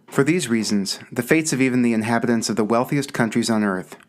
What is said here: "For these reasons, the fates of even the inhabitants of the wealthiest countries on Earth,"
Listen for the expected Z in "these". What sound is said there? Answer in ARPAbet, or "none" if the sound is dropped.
Z